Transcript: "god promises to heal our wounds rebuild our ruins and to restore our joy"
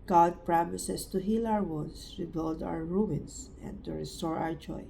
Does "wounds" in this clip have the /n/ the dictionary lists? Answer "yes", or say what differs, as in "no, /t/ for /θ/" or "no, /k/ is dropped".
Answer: no, /n/ is dropped